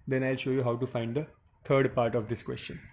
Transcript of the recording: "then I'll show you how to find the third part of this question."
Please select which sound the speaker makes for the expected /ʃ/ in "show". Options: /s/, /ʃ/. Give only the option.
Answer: /ʃ/